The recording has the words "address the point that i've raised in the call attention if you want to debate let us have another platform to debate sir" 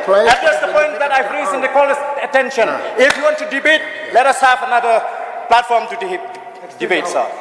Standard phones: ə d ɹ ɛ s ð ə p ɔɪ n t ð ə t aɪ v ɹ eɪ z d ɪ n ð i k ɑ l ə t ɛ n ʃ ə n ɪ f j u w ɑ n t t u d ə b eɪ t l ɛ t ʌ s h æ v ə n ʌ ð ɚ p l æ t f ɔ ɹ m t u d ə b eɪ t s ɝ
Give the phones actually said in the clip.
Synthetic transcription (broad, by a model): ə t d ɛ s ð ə p ɔɪ n t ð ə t aɪ p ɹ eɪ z ɪ n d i k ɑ l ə t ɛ n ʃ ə n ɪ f j u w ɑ n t t u d ə b eɪ t l ɛ t ʌ s h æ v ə n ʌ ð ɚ p l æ t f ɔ ɹ m t u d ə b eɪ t s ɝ